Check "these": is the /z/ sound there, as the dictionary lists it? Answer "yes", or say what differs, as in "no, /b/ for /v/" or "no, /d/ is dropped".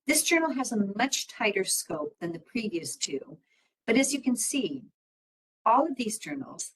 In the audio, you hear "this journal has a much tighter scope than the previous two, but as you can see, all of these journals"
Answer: yes